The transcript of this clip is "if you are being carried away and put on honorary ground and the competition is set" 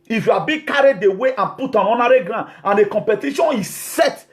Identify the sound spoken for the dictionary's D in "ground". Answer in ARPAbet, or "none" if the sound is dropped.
none